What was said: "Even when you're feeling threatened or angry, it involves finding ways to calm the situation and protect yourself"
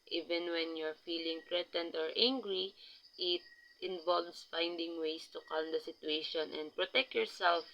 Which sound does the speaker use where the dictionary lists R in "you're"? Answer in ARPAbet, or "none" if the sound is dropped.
R